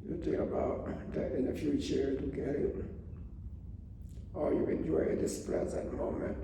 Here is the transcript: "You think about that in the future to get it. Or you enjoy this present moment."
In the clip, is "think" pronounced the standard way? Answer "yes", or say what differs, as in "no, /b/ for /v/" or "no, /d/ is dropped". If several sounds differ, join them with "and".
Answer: no, /t/ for /θ/